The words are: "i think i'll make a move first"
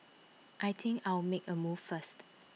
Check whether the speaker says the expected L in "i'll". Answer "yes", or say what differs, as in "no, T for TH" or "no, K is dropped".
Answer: no, W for L